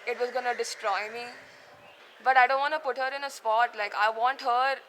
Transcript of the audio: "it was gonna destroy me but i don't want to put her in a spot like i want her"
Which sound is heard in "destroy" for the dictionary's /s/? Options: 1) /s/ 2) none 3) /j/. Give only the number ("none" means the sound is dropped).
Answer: 1